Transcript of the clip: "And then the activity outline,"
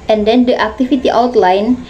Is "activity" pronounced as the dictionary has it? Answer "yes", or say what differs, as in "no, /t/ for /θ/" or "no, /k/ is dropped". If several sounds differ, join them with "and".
no, /f/ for /v/